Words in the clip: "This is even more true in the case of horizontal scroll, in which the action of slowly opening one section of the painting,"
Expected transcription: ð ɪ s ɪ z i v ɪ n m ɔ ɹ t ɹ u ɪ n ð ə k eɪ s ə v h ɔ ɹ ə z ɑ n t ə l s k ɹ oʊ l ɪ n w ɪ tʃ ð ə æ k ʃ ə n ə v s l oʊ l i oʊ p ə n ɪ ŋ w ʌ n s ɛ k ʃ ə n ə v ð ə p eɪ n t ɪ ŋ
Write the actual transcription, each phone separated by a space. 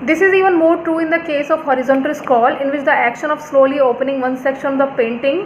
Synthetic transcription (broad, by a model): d ɪ s ɪ z i v ɪ n m ɔ ɹ t ɹ u ɪ n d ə k eɪ s ə v h ɔ ɹ ə z ɑ n t ə l s k oʊ l ɪ n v ɪ tʃ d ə æ k ʃ ə n ə v s l oʊ l i oʊ p ə n ɪ ŋ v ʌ n s ɛ k ʃ ə n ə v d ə p eɪ n t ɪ ŋ